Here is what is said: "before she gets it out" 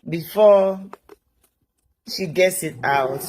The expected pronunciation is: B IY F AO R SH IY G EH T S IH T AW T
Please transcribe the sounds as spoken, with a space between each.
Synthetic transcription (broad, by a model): B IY F AO SH IY G EH T S IH T AW T